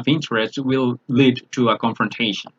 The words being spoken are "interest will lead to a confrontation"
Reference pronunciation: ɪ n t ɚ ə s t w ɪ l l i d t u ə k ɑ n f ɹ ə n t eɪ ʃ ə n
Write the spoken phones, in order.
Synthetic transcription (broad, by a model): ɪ n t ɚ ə s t w ɪ l l i d t u ə k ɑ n f ɹ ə n t eɪ ʃ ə n